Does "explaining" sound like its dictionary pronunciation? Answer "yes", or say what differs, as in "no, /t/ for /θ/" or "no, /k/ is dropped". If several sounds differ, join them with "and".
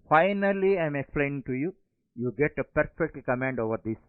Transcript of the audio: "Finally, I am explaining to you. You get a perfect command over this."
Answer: no, /n/ is dropped